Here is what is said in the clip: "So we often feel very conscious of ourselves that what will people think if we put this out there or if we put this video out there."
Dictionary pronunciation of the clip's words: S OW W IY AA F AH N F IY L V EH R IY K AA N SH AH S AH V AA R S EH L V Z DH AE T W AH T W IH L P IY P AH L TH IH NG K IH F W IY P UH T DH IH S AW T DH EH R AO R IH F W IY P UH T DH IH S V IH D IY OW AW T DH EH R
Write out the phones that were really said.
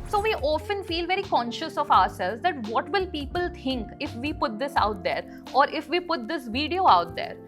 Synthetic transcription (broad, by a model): S OW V IY AA F AH N F IY L V EH R IY K AA N SH AH S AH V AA R S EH L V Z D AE T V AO T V IH L P IY P AH L T IH NG K IH F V IY P UH T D IH S AW T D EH R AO R IH F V IY P UH T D IH S V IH D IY OW AW T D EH R